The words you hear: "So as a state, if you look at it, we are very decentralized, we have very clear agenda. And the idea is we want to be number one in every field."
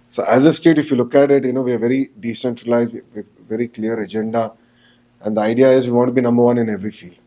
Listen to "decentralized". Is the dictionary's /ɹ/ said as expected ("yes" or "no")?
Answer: yes